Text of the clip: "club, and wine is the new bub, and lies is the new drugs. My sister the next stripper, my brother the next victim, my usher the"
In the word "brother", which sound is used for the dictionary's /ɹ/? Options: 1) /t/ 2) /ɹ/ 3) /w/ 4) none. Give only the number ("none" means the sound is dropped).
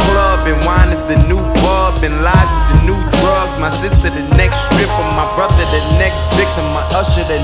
2